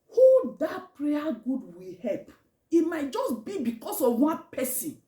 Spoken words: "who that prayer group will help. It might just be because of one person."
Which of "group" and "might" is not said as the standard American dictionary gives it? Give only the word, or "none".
group